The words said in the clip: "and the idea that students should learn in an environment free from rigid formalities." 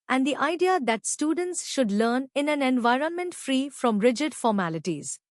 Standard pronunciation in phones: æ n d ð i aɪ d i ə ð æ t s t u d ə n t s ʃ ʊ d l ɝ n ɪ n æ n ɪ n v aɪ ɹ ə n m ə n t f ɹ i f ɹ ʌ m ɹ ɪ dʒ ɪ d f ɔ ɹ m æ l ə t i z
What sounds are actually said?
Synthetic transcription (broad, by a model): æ n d i aɪ d i ə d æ t s t u d ə n t s ʃ ʊ d l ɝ n ɪ n æ n ɪ n v aɪ ɹ ə n m ə n t f ɹ i f ɹ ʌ m ɹ ɪ dʒ ɪ d f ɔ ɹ m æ l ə t i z